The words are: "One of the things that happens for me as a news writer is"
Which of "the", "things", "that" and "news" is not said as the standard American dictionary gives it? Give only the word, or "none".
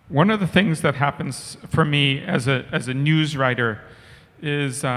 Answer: none